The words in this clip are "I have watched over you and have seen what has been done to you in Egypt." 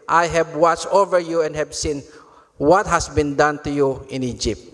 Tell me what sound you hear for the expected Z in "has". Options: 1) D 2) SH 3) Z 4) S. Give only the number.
4